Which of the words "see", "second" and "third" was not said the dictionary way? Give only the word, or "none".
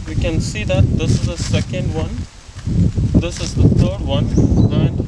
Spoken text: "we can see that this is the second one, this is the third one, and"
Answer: third